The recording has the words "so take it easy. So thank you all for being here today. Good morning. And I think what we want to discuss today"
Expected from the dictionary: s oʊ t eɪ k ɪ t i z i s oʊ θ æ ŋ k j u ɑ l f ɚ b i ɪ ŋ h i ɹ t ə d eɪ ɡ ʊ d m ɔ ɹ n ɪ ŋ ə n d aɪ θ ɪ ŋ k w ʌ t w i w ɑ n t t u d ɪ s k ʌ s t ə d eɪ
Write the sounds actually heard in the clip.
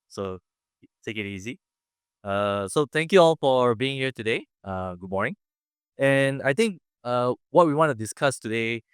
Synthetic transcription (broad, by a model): s oʊ t eɪ k ɪ t i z i s oʊ t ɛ ŋ k j u ɑ l f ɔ b i ɪ ŋ h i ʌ t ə d eɪ ɡ ʊ d m ɔ ɹ n ɪ ŋ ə n aɪ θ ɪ ŋ k w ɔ t w i w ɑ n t t u d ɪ s k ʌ s t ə d eɪ